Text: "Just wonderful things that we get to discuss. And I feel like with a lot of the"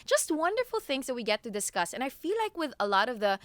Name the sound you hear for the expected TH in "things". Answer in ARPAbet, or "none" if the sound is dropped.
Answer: TH